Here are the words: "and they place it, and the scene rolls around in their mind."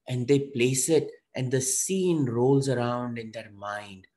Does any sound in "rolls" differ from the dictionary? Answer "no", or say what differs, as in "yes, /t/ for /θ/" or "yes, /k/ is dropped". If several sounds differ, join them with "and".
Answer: no